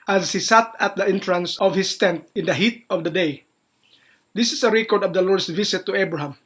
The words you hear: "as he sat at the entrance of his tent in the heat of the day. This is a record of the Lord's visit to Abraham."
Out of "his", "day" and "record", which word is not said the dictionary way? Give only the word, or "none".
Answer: his